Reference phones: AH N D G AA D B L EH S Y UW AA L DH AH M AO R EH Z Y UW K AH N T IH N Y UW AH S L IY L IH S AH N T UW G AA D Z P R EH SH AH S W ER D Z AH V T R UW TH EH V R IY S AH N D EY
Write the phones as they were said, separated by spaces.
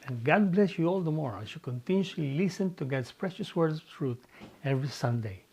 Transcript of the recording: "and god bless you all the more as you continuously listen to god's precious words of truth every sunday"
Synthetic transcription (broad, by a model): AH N G AA D B L EH S Y UW AA L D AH M AO R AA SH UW K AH N T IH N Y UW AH L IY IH S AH N T UW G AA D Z P R EH SH AH S W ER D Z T R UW T EH V R IY S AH N D EY